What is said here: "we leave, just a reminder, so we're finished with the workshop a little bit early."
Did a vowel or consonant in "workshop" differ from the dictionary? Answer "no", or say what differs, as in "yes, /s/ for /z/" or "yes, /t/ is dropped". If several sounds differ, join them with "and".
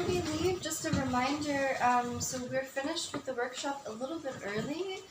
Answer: no